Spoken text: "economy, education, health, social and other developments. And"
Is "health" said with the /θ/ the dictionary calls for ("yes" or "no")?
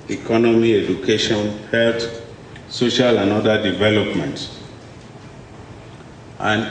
no